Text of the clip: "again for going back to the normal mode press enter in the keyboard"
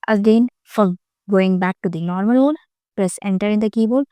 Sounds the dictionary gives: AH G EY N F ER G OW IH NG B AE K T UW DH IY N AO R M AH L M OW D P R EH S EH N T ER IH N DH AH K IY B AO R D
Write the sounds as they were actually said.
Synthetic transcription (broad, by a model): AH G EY N F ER G OW IH NG B AE K T UW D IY N AO R M AH L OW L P L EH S EH N T ER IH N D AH K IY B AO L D